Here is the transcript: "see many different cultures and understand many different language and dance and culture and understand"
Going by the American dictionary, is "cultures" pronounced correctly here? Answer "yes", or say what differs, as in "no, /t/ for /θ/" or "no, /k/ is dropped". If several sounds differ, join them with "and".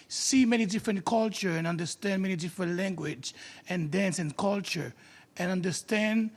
no, /z/ is dropped